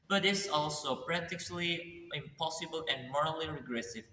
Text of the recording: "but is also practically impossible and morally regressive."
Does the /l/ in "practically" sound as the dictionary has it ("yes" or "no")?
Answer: yes